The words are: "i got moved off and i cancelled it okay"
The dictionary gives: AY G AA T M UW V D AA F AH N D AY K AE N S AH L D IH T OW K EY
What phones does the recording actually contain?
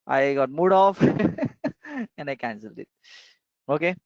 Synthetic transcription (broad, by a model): AY G AA T M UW D AA F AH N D AY K AE N S AH L D IH T OW K EY